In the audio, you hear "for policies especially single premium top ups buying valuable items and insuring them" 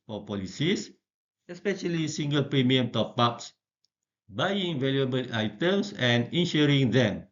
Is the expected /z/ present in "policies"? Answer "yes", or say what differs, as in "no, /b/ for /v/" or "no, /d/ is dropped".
no, /s/ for /z/